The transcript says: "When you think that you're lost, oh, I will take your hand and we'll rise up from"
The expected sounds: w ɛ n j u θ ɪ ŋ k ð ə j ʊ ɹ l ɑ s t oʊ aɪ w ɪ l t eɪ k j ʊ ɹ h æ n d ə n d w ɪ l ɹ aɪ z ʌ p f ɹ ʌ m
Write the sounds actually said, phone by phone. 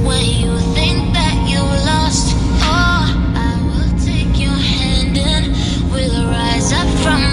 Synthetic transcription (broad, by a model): w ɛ n j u θ ɪ ŋ k ð ə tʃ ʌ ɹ l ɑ s t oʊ aɪ w ɪ l t eɪ k j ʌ ɹ h æ n d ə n w ɪ l ɹ aɪ z ʌ p f ɹ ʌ m